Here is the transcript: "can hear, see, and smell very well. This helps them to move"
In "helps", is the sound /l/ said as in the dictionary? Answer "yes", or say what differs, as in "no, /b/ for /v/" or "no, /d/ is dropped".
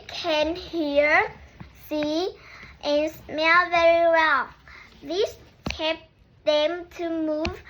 no, /l/ is dropped